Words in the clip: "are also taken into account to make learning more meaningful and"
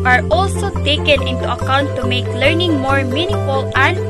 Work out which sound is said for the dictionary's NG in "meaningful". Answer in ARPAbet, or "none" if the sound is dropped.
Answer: none